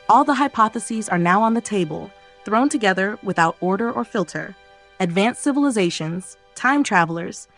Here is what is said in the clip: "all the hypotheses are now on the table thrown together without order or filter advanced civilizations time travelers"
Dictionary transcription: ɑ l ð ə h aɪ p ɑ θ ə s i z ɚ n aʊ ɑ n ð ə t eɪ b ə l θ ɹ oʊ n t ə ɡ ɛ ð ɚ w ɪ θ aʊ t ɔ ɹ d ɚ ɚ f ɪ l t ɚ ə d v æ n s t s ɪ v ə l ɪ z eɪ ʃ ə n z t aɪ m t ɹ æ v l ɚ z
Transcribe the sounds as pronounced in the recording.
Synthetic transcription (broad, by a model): ɑ l ð ə h aɪ p ɑ θ ə s i z ɚ n aʊ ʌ n ð ə t eɪ b ə l θ ɹ oʊ n t ə ɡ ɛ ð ɚ w ɪ θ aʊ t ɔ ɹ d ɚ ɚ f ɪ l t ɚ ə d v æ n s s ɪ v ə l ɪ z eɪ ʃ ə n z t aɪ m t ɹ æ v l ɚ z